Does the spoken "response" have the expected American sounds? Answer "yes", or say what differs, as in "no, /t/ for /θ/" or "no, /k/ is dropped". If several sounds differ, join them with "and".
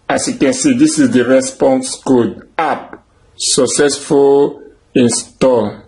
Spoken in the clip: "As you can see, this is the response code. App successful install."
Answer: yes